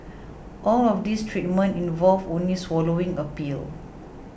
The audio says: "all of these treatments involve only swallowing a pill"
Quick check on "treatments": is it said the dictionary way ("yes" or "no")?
no